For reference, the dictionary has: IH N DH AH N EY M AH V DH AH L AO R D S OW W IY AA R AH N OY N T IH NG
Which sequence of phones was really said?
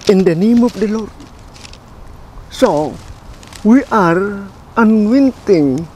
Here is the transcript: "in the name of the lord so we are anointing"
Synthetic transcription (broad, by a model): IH N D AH N EY M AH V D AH L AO R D S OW W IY AA R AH N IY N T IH NG